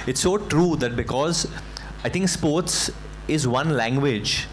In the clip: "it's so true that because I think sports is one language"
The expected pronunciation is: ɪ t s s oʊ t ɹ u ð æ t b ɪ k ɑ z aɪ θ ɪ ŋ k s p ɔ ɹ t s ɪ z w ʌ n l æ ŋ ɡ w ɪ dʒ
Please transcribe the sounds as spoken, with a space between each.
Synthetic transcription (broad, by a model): ɪ t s s oʊ t ɹ u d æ t b ɪ k ɑ z aɪ t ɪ ŋ k s p ɔ ɹ t s ɪ z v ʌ n l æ ŋ ɡ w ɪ dʒ